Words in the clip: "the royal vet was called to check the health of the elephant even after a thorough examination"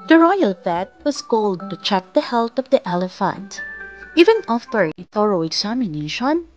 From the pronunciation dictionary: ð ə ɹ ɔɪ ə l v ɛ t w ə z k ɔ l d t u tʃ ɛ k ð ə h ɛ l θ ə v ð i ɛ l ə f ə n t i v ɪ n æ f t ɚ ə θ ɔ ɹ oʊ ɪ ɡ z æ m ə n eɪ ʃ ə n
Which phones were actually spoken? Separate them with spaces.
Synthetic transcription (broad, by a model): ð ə ɹ ɔɪ ə l f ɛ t w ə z k ɔ l d t u tʃ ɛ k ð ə h ɛ l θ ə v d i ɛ l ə f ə n t i v ɪ n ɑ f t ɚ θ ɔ ɹ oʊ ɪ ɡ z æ m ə n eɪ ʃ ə n